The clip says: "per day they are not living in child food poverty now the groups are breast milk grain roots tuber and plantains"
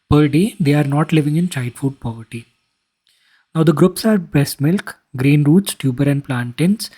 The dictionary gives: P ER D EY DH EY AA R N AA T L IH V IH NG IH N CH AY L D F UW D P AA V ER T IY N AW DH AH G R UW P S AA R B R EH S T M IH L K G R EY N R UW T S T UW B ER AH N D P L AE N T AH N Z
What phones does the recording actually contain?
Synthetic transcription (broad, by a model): P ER D EY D EY AA R N AA T L IH V IH NG IH N CH AY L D F UW D P AA V ER T IY N AW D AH G R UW P S AA R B EH S M IH L K G R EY N R UW T S T UW B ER AH N D P L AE N T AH N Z